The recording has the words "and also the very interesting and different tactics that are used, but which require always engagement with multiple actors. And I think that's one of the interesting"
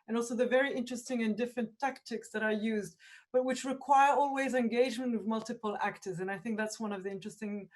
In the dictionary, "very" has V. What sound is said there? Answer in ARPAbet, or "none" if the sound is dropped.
V